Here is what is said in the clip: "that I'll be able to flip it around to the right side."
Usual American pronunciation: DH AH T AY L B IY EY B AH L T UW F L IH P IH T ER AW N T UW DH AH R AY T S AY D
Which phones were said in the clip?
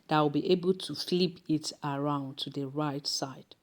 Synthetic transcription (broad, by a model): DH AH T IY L B IY EY B AH L T UW F L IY P IH T ER AW N T UW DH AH R AY T S AY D